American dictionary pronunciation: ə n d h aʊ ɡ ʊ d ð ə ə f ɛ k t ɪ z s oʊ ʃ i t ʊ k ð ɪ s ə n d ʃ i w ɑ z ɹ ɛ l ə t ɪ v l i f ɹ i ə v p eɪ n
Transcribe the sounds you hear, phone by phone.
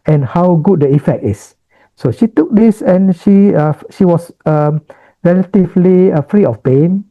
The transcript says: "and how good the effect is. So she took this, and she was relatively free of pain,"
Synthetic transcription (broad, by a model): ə n h aʊ ɡ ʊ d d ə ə f ɛ k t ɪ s s oʊ ʃ i t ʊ k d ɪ s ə n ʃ ʃ i w ɑ s ɹ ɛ l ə t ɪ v l i f ɹ i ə f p eɪ n